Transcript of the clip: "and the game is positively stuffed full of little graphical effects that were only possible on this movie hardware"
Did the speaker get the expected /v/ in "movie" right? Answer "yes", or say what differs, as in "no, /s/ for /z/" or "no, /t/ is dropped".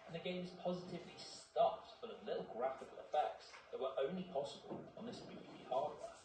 no, /b/ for /v/